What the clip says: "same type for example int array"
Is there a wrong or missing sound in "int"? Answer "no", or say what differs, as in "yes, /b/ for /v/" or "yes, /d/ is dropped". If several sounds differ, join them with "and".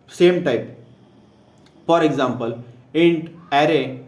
no